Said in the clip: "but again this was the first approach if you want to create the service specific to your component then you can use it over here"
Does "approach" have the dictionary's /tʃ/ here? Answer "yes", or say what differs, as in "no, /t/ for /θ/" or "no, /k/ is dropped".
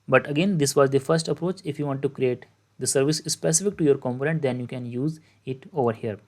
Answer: yes